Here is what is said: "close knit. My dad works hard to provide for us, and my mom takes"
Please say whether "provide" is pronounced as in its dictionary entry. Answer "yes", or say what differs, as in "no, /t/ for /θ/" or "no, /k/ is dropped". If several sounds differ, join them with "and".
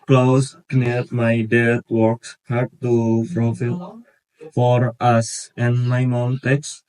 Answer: no, /f/ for /v/